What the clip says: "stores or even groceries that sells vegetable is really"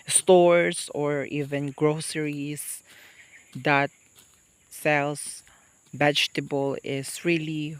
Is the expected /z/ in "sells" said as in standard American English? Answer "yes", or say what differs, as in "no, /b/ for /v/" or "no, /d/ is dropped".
no, /s/ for /z/